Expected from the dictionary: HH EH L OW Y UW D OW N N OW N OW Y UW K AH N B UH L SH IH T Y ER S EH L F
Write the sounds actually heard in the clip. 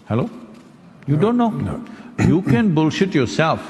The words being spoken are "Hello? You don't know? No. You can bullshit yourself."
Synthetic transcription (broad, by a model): HH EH L OW Y UW D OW OW N OW Y UW K AH N B UH L SH IH T Y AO S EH L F